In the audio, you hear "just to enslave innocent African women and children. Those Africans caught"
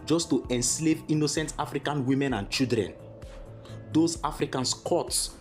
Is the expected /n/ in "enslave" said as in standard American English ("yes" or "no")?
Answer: yes